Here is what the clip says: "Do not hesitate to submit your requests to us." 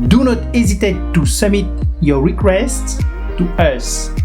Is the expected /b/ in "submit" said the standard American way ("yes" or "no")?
no